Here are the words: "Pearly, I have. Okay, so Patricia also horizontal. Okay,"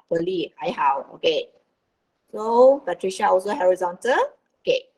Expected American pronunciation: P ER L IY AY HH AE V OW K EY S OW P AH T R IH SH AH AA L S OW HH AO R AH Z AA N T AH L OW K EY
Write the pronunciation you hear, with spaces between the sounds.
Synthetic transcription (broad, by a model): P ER L IY AY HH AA W OW K EY S OW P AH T R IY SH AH AA L S OW HH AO R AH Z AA N T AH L OW K EY